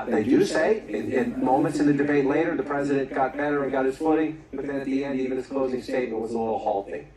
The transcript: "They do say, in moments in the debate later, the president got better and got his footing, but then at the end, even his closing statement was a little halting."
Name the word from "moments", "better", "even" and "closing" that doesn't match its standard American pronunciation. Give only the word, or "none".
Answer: none